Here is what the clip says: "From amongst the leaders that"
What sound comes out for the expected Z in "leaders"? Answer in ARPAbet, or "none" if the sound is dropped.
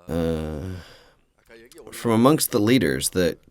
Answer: Z